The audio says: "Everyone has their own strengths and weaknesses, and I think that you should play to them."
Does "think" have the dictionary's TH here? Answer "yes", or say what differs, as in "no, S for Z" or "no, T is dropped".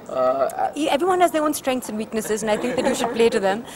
no, T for TH